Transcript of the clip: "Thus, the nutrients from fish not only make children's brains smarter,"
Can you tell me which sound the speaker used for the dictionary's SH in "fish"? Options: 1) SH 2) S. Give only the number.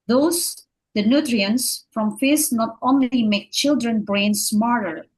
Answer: 2